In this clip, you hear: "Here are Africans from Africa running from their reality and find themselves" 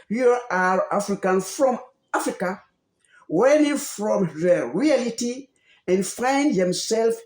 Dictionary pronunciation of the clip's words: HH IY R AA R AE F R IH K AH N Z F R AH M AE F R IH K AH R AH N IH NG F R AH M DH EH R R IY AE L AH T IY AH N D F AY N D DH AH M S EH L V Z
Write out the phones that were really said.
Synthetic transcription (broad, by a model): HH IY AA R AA F R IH K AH N F R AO M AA F R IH K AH W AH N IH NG F R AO M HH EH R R IY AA L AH T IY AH N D F AY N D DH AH M S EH L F